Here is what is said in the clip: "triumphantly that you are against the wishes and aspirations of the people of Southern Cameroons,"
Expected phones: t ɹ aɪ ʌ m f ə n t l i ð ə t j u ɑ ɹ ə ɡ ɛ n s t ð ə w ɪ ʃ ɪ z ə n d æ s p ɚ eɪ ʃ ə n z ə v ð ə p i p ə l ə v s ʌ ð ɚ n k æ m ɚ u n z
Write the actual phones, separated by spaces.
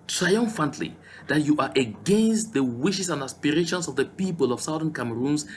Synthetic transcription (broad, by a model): t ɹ aɪ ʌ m f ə n t l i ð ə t j u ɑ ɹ ə ɡ ɛ n s t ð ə w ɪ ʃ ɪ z ə n d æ s p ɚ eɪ ʃ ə n s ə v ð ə p i p ə l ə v s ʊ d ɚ n k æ m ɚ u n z